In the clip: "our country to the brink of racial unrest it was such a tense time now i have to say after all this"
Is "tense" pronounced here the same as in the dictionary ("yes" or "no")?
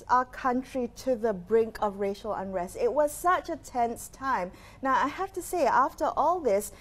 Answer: yes